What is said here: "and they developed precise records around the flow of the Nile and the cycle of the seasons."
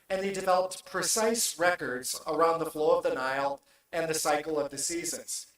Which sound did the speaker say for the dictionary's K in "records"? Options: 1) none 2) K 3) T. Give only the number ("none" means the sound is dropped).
2